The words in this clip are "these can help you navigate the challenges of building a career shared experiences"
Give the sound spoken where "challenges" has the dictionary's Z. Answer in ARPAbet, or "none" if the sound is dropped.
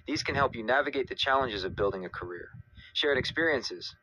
Z